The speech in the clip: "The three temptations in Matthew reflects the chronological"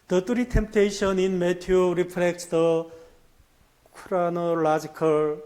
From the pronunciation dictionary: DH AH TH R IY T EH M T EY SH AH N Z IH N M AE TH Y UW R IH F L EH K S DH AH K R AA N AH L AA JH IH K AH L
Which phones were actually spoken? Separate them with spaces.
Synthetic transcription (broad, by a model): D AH T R IY T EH M T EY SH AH N IH N M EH T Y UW R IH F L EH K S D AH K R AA N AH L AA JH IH K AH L